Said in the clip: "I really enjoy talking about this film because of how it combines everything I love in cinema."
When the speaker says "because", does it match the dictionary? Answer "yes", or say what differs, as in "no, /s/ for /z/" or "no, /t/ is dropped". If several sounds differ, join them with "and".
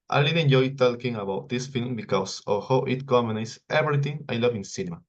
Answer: no, /s/ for /z/